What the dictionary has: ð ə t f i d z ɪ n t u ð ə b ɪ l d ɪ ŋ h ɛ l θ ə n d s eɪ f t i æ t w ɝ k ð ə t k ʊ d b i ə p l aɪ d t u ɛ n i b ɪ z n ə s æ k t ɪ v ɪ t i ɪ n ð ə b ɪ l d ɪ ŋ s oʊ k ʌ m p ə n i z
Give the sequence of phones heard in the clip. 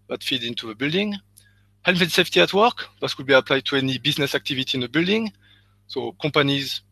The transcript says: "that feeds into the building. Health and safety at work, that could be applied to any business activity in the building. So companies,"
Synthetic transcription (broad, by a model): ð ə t f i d ɪ n t u ð ə b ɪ l d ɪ ŋ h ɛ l f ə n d s eɪ f t i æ t w ɝ k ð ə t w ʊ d b i ə p l aɪ d t u ɛ n i b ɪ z n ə s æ k t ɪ v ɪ t i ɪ n ð ə b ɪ l d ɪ ŋ s oʊ k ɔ m p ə n i z